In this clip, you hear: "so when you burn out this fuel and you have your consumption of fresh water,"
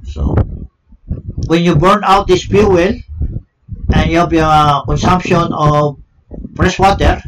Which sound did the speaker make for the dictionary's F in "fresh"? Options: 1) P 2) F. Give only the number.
1